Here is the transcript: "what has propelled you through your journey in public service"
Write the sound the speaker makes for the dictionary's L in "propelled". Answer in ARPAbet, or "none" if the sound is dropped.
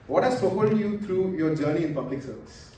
none